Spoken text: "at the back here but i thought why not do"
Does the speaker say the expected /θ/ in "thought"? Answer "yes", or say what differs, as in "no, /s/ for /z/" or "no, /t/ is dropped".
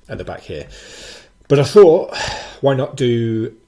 yes